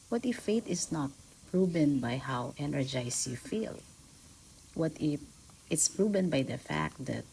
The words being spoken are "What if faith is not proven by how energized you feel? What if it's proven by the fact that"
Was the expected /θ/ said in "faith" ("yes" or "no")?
no